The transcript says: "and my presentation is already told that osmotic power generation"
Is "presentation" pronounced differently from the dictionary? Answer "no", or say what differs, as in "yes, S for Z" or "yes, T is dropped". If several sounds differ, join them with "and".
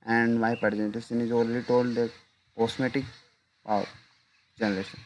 yes, S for SH